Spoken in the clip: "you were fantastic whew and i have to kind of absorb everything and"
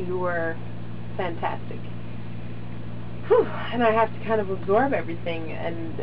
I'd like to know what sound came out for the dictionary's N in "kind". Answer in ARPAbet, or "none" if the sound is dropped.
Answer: N